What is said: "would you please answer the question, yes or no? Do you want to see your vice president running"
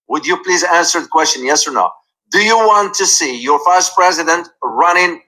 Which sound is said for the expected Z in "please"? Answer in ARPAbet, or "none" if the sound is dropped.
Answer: Z